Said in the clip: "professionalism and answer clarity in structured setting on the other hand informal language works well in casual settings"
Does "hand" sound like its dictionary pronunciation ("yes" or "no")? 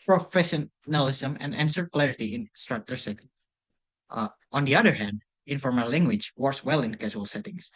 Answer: yes